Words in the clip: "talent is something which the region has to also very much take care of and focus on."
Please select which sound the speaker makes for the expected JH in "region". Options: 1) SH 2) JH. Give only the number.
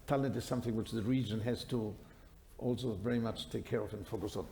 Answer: 2